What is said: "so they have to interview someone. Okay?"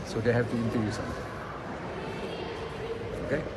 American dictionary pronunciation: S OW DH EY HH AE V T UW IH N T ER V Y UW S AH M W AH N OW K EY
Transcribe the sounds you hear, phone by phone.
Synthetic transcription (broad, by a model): S OW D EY HH AE V T UW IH N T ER Y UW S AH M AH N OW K EY